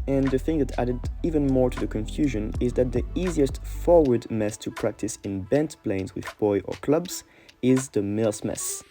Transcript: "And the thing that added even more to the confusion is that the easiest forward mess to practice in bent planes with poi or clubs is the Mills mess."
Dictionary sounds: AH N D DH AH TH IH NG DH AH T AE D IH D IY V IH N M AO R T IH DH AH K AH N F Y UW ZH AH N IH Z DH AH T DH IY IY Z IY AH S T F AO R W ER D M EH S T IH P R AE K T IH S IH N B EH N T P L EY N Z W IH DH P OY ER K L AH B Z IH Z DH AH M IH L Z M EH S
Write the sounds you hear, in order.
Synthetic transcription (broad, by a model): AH N DH AH TH IH NG DH AH T AE D IH D IY V IH N M AO R T IH DH AH K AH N F Y UW ZH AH N IH Z DH AH T DH IY IY Z IY AH S T F AO R W ER D M EH S T IH P R AE K T IH S IH N B EH N T P L EY N Z W IH DH B OY ER K L AH B Z IH Z DH AH M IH L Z M EH S